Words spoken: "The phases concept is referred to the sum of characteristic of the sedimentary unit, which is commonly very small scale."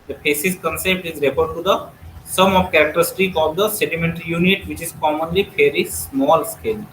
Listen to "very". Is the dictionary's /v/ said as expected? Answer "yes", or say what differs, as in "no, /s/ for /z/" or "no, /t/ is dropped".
no, /p/ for /v/